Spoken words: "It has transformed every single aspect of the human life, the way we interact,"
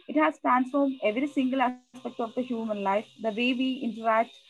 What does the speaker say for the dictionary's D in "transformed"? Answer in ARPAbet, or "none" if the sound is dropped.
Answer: D